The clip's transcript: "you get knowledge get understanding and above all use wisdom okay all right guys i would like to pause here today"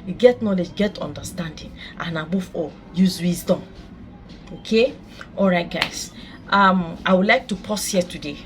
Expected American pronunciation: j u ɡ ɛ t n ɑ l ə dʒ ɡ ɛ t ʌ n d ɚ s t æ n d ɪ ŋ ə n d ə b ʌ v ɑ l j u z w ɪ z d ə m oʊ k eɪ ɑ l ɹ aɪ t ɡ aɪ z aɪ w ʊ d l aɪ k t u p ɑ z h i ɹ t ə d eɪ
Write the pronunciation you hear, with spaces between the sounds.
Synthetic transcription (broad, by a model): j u ɡ ɛ t n ɑ l ə dʒ ɡ ɛ t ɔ n d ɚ s t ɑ n d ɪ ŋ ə n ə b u f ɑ j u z w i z d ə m oʊ k eɪ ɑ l ɹ aɪ t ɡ aɪ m aɪ w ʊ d l aɪ k t u p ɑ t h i t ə d eɪ